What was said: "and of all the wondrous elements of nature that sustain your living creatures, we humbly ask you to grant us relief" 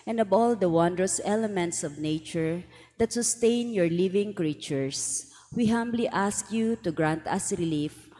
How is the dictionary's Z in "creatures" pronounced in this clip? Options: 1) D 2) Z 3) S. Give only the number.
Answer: 3